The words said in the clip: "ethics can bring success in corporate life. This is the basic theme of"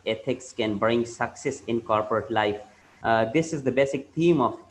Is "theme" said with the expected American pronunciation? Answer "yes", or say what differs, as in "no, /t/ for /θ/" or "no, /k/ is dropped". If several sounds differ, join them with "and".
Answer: no, /t/ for /θ/